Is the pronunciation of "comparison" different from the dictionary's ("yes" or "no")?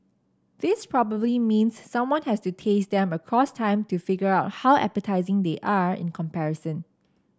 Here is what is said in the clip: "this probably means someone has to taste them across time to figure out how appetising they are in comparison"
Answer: no